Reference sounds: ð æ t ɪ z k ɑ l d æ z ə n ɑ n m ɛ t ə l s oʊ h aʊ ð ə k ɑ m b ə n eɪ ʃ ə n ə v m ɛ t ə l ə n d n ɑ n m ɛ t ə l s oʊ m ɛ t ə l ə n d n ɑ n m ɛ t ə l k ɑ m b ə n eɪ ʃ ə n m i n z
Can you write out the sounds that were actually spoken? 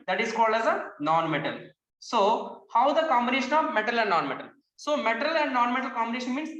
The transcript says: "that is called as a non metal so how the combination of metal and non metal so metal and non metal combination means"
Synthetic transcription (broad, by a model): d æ t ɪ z k ɑ l d æ z ə n ɑ n m ɛ t ə l s oʊ h aʊ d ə k ɑ m b ə n eɪ ʃ ə n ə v m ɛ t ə l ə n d n ɑ n m ɛ t ə l s oʊ m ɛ t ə l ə n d n ɑ n m ɛ t ə l k ɑ m b ə n eɪ ʃ ə n m i n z